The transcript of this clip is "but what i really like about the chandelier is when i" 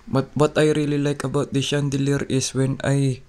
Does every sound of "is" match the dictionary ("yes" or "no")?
no